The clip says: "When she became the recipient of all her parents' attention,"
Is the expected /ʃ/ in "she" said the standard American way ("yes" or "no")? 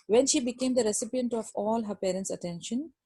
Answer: yes